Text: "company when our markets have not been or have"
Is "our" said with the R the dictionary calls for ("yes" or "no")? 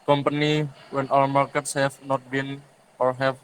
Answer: no